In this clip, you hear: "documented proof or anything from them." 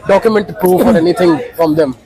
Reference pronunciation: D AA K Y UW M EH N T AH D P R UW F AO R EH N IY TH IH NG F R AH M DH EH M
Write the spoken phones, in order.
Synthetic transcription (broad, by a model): D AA K Y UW M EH N T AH P R UW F AO R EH N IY T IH NG F R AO M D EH M